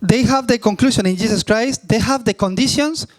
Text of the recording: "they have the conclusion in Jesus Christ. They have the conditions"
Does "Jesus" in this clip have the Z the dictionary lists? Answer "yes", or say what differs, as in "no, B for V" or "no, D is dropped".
no, S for Z